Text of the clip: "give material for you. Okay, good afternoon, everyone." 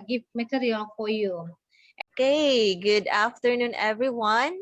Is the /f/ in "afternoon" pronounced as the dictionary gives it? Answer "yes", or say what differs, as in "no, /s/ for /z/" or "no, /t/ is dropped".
yes